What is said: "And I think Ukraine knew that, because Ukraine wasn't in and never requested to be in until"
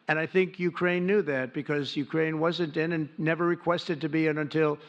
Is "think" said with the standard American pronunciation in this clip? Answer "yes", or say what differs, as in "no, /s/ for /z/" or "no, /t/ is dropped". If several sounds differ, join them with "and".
yes